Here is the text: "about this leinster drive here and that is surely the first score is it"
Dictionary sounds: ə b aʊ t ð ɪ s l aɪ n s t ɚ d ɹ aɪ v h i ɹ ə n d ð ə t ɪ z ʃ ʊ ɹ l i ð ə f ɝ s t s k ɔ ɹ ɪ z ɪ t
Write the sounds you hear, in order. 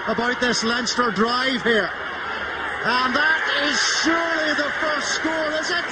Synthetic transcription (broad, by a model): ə b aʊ t ð ɪ s l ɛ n s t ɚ d ɹ aɪ v h i ɹ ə n ð ə t ɪ z ʃ ʊ ɹ l i ð ə f ɝ s t s k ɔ l ɪ z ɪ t